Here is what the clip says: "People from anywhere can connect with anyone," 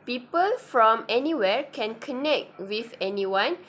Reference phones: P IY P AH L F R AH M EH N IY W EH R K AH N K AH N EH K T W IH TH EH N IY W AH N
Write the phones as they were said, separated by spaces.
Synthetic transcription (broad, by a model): P IY P AH L F R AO M EH N IY W EH R K AH N K AH N EH K T W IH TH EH N IY W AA N